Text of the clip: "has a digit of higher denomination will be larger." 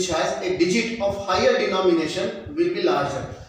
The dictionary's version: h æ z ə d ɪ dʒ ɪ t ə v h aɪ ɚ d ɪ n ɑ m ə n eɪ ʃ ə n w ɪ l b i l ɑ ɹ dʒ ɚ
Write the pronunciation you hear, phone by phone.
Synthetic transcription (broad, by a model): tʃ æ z ə d ɪ dʒ ɪ t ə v h aɪ ɚ d ɪ n ɑ m ə n eɪ ʃ ə n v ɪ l b i l ɑ ɹ dʒ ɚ